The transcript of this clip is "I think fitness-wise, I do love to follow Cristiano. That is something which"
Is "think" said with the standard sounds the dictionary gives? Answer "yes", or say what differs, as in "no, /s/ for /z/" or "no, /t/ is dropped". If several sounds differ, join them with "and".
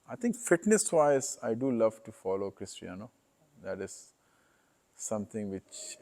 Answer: no, /t/ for /θ/